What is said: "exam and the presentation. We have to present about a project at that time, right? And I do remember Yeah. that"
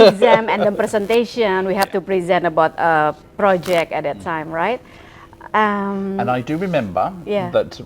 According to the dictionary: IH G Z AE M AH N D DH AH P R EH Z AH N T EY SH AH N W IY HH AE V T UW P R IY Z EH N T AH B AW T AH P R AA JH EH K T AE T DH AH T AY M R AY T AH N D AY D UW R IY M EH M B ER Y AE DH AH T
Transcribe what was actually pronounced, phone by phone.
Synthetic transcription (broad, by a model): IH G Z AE M AH N D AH P R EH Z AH N T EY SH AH N W IY HH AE F T UW P R IY Z EH N T AH B AW T AH P R AA JH EH K T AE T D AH T AY M R AY T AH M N AY D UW R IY M EH M B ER Y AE DH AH T